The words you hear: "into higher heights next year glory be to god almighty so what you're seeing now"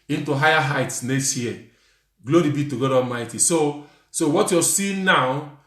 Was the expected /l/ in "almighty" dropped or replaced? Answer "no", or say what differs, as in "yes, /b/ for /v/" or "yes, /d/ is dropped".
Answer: yes, /l/ is dropped